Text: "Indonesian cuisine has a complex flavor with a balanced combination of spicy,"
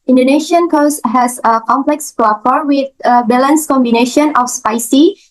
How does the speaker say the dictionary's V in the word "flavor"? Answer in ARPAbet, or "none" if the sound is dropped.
F